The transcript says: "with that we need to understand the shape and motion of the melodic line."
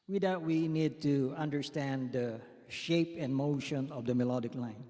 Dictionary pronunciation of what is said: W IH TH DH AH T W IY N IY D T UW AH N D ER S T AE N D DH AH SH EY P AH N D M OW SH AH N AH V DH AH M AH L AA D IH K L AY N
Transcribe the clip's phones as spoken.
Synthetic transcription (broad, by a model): W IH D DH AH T W IY N IY D T UW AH N D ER S T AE N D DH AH SH EY P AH N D M OW SH AH N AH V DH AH M AH L AA D IH K L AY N